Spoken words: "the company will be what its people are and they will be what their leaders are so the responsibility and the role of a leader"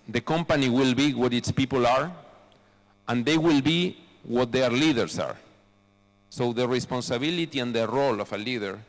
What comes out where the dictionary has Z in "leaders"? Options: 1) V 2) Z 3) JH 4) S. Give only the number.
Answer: 4